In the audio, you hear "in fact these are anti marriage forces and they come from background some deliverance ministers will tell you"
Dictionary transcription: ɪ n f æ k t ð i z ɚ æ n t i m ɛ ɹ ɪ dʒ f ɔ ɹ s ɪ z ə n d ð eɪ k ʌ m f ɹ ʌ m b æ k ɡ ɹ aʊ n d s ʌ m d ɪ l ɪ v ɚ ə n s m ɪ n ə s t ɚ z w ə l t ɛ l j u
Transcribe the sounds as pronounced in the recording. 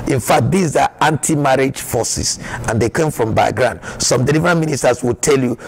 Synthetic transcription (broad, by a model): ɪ n f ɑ k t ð i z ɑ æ n t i m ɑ ɹ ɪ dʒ f ɔ s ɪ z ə n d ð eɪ k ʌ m f ɹ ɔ m b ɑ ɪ ɡ ɹ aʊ n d s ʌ m d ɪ l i v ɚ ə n m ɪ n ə s t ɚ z w ə l t ɛ l j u